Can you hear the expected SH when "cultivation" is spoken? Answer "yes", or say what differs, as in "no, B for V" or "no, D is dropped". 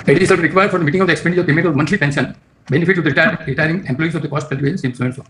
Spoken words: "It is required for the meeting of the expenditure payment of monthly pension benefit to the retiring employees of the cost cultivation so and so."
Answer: no, S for SH